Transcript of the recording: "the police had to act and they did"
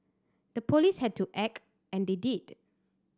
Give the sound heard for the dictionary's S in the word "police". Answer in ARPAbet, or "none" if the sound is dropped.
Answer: S